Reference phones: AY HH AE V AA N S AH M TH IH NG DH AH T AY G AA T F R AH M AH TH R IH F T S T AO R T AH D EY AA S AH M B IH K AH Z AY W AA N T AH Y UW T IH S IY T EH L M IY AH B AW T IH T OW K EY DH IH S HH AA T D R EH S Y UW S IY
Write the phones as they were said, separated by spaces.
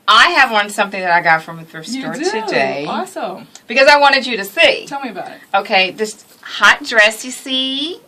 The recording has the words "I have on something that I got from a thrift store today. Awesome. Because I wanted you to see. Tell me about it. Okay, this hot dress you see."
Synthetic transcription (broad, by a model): AY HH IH V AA N S AH M TH IH NG DH AH T AY G AA T F R AH M AH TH AH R S T AO R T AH D EY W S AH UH B IH K AH Z AY W AA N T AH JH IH T IH S IY T EH L M IY AH B AW T IH T OW K EY DH IH S HH AA T D R EH S Y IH S IY